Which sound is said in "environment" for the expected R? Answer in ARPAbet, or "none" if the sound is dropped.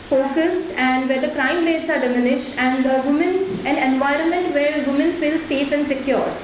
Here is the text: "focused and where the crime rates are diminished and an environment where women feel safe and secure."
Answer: R